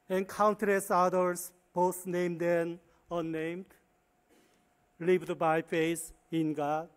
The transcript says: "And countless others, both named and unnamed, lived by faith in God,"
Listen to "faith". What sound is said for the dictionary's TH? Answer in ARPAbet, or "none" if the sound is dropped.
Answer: S